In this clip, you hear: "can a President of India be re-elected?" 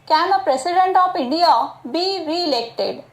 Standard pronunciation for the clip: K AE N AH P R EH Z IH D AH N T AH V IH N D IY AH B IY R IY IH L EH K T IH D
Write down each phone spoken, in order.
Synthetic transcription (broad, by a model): K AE N AH P R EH S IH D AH N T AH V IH N D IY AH B IY R IY L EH K T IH D